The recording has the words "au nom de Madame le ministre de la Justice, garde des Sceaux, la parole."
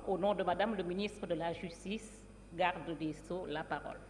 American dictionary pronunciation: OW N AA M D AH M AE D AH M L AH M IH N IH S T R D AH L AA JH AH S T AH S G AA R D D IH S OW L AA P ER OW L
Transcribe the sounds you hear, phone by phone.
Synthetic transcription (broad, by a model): OW N AA D AH M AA D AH M L AH M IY N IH S T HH D AH L AA ZH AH S T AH S G AA R D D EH S OW L AA P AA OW L